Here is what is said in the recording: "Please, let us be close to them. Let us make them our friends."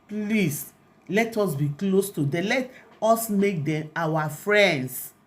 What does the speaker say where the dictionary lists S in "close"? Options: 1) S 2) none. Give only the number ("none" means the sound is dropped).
1